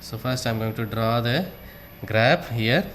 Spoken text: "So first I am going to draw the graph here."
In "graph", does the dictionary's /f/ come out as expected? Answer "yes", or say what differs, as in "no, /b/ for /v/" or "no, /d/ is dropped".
no, /p/ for /f/